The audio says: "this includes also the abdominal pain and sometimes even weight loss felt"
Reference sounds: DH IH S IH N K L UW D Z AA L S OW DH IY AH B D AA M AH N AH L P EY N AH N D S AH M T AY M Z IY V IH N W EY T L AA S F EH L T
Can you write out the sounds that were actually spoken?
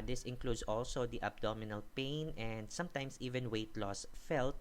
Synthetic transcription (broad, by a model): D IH S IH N K L UW D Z AA L S OW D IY AH B D AA M AH N AH L P EY N AH N D S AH M T AY M S IY V IH N W EY T L AA S F EH L T